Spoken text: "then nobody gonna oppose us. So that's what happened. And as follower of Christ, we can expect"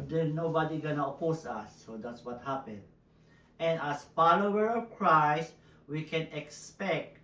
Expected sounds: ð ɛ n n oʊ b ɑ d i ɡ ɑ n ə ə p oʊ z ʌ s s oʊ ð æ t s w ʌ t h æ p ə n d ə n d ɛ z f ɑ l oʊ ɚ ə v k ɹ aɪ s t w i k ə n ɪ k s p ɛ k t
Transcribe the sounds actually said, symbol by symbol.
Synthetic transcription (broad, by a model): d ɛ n n oʊ b ɑ d i ɡ ɑ n ə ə p oʊ s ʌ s s oʊ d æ t s w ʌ t h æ p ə n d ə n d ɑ s f ɑ l oʊ ɚ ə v k ɹ aɪ s t w i k ə n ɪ k s p ɛ k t